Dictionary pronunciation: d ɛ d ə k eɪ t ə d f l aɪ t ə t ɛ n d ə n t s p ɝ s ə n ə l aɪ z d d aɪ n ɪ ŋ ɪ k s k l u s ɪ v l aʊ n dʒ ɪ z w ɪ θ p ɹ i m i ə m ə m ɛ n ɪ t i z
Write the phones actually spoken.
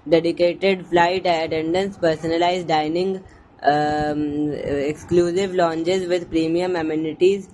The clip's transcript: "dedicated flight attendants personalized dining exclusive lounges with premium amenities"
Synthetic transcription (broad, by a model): d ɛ d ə k eɪ t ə d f l aɪ t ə t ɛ n d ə n s p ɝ s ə n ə l aɪ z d d aɪ n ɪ ŋ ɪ k s k l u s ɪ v l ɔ n tʃ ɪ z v ɪ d p ɹ i m i ə m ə m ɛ n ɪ t i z